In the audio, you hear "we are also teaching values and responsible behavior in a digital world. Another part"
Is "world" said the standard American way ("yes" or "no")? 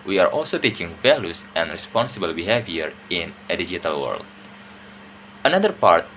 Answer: yes